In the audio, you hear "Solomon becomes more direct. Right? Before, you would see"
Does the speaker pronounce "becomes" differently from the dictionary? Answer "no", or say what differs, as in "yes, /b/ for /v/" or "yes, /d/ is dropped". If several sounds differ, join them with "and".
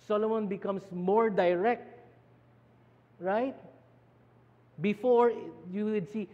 yes, /s/ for /z/